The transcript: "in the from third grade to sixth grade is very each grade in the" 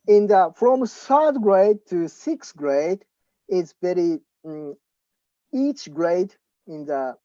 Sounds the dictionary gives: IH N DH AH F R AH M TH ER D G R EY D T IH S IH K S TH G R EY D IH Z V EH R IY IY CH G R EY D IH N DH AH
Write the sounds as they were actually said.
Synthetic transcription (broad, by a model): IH N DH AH F R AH M S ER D G R EY D T IH S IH K S G R EY D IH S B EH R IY IY CH G R EY D IH N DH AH